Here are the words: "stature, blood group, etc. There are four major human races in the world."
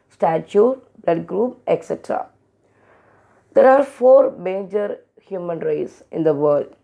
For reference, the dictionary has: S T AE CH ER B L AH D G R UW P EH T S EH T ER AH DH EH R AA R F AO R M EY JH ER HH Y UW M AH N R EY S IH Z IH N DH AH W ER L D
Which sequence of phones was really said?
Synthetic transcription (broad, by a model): S T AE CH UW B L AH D G R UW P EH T S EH T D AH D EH R AA R F AO R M EY JH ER HH Y UW M AH N R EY IH S IH N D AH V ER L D